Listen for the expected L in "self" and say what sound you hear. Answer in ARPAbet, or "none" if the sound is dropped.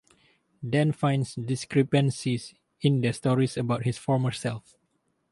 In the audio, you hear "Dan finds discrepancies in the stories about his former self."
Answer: L